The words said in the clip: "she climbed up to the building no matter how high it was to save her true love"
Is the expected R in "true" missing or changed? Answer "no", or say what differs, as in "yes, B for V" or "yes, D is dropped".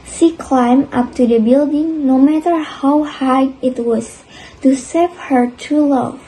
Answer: yes, R is dropped